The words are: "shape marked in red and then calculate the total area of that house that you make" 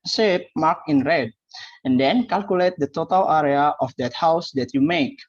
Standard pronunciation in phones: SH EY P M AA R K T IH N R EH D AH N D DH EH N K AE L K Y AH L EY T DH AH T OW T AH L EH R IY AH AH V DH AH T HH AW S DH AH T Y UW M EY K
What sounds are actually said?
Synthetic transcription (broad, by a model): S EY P M AA K IH N R EH D AH N D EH N K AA L K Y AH L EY T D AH T OW T AH L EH R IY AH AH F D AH T HH AW S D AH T Y UW M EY K